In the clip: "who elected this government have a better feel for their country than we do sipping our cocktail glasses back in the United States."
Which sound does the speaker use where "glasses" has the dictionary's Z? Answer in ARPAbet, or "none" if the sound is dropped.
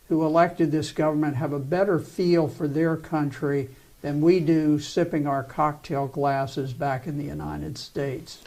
Z